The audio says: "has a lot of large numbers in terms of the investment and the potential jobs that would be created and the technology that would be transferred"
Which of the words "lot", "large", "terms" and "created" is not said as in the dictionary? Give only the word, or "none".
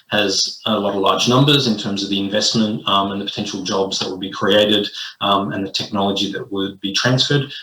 none